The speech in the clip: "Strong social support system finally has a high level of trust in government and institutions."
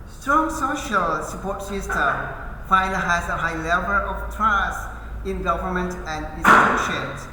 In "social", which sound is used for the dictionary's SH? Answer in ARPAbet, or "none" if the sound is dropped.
SH